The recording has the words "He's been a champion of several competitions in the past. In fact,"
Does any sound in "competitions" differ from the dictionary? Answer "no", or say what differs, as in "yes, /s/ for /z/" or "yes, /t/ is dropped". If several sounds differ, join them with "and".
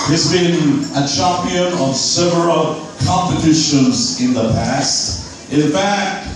no